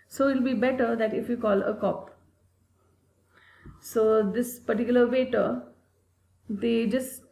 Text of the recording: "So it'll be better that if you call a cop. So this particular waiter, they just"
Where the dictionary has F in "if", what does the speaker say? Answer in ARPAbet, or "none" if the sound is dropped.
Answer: F